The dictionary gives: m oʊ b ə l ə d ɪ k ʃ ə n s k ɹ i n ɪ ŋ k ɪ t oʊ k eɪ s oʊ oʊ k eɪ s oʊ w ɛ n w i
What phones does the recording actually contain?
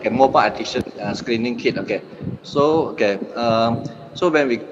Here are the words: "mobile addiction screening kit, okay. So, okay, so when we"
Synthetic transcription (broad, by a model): m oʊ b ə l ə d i ʃ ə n s k ɹ i n ɪ ŋ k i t oʊ k eɪ s oʊ oʊ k eɪ s oʊ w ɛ n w i